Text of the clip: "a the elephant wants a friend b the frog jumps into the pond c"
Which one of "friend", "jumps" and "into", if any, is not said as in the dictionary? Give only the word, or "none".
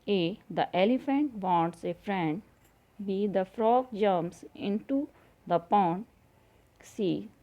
jumps